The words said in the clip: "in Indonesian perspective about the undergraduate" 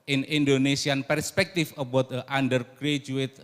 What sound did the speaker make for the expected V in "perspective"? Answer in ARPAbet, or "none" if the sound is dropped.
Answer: F